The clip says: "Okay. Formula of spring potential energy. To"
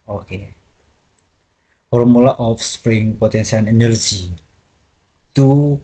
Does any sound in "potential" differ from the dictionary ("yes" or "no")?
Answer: yes